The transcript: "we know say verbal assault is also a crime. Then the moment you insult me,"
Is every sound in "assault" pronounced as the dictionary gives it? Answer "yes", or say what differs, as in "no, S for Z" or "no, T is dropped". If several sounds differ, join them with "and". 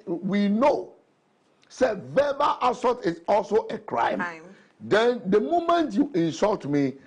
no, L is dropped